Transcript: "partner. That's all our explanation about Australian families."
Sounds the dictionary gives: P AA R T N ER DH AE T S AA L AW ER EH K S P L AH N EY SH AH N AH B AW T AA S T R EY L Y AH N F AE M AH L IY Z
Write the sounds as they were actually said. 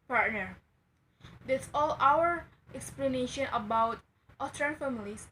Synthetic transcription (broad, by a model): P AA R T N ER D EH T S AA L AW ER EH K S P L AH N EY SH AH N AH B AW T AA T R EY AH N F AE M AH L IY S